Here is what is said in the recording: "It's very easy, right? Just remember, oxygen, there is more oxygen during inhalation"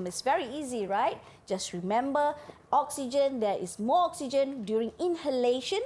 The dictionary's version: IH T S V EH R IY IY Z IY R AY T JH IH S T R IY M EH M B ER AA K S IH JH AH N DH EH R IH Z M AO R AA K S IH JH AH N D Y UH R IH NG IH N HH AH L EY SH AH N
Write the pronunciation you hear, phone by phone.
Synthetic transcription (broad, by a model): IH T S V EH R IY IY Z IY R AY T JH IH S T R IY M EH M B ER AA K S IH JH AH N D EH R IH S M AO AA K S IH JH AH N D Y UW R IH NG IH N HH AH L EY SH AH N